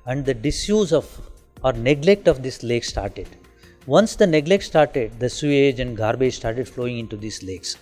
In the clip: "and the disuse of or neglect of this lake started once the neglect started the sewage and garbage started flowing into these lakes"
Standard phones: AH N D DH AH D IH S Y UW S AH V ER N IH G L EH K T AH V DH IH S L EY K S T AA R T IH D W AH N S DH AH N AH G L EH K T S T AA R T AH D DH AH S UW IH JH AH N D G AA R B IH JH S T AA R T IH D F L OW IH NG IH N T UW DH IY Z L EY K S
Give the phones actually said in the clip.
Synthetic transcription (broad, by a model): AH N D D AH D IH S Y UW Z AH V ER N IH G L EH K T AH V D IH S L EY K S T AA R T IH D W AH N S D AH N AH G L EH K T S T AA R T AH D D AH S UW IH JH AH N D G AA R B IH JH S T AA R T IH D F L OW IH NG IH N T UW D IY S L EY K S